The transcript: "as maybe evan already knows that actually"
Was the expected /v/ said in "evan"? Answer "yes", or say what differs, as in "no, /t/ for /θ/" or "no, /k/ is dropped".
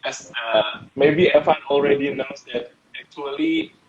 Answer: no, /f/ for /v/